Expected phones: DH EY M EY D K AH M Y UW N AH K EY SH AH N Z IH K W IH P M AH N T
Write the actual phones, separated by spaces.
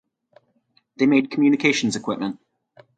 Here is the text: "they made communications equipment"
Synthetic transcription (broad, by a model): DH EY M EY D K AH M Y UW N AH K EY SH AH N Z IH K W IH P M AH N T